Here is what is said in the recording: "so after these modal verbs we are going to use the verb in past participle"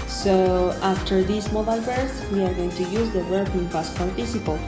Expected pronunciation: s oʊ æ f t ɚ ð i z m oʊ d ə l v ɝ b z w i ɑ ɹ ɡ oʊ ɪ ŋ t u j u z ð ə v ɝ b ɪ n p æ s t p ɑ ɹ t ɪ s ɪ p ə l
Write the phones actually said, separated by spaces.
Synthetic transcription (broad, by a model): s oʊ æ f t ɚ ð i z m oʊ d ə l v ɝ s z w i ɑ ɹ ɡ oʊ ɪ ŋ t u j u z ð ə w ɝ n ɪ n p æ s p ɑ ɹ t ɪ s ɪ p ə l